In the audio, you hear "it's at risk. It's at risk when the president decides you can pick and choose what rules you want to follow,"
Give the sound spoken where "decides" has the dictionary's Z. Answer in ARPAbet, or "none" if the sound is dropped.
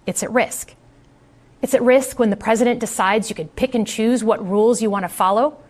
Z